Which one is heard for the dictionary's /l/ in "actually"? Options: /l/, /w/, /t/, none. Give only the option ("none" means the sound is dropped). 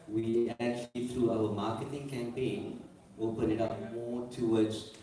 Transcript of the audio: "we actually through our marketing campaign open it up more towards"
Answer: /l/